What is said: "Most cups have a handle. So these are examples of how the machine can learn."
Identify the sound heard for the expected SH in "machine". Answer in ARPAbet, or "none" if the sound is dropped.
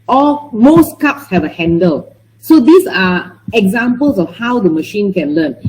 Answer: SH